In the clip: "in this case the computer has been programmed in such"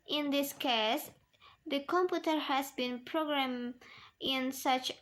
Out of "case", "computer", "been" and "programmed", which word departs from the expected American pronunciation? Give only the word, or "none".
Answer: programmed